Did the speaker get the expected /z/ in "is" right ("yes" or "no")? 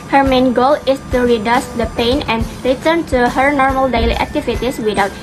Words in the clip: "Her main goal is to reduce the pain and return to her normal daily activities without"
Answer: no